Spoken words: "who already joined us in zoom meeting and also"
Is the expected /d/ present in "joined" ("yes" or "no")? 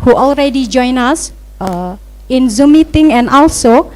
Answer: no